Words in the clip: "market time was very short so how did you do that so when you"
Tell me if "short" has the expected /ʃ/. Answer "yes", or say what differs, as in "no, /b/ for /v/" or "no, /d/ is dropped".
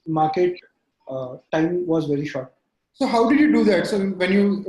yes